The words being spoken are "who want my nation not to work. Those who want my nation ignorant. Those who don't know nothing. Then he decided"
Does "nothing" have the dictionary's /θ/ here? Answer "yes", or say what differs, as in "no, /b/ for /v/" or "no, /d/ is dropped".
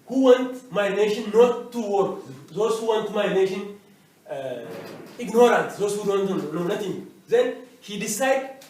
no, /t/ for /θ/